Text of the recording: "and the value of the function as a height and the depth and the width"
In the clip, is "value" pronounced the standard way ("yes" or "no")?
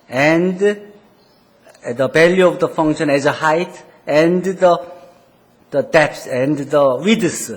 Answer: no